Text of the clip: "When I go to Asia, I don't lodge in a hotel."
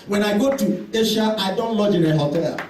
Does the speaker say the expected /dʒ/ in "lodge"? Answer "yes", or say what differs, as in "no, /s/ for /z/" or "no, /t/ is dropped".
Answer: yes